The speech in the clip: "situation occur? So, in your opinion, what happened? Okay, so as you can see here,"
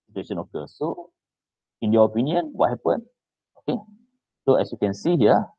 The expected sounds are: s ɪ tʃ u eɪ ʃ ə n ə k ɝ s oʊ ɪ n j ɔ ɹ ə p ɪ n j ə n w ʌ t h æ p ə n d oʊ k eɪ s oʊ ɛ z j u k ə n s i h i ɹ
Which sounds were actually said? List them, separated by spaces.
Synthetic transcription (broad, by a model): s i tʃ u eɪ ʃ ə n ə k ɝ s oʊ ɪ n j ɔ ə p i n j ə n w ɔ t h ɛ p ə n oʊ k eɪ s oʊ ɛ s j u k ə n s i h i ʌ